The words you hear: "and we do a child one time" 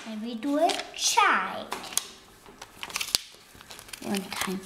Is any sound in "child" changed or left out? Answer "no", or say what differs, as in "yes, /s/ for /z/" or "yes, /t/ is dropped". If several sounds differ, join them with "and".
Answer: yes, /l/ is dropped